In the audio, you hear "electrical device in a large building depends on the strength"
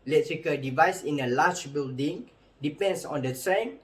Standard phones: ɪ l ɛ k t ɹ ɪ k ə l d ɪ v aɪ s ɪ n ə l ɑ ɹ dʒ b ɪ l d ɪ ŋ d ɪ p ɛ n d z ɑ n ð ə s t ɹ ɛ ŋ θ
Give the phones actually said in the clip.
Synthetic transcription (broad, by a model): l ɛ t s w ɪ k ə d ɪ v aɪ s ɪ n ə l ɑ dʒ b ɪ l d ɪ ŋ d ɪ p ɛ n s ɑ n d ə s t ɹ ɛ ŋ